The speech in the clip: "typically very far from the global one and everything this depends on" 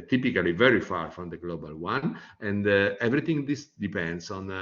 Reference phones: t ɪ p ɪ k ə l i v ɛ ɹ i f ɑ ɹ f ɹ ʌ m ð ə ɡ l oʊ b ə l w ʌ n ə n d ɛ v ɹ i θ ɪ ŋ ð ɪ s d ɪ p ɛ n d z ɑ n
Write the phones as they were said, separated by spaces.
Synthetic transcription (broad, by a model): t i p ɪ k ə l i v ɛ ɹ i f ɑ ɹ f ɹ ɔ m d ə ɡ l oʊ b ə l w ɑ n ə n d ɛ v ɹ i t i ŋ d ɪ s d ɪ p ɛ n d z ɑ n